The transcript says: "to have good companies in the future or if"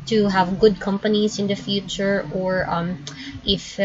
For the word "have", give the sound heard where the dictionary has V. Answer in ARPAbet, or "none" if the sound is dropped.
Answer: V